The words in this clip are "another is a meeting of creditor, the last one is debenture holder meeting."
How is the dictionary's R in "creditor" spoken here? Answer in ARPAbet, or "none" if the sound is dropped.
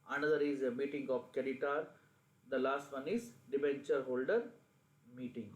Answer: none